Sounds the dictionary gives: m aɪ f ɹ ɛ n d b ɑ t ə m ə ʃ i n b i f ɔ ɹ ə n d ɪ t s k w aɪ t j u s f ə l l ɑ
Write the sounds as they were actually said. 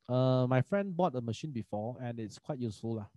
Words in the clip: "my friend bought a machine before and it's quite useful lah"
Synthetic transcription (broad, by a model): m aɪ f ɹ ɛ n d b ɑ t ə m ə ʃ i n b i f ɔ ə n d ɪ t s k w aɪ t j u s f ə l l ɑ